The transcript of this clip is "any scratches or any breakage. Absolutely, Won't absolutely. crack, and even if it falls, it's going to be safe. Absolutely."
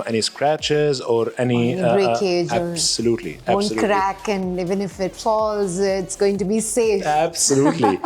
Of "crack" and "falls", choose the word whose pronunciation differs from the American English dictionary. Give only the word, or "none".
none